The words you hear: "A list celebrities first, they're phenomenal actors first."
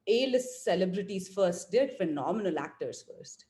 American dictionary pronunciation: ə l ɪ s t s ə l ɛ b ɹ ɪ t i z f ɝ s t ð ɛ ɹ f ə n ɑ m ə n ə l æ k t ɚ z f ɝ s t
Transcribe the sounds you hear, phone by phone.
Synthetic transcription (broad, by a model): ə l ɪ s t s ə l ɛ b ɹ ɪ t i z f ɝ s t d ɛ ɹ f ə n ɑ m ə n ə l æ k t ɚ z f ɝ s t